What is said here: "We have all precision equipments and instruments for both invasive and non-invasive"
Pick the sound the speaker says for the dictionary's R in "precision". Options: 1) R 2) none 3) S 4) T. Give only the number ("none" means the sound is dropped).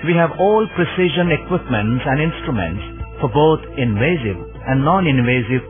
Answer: 1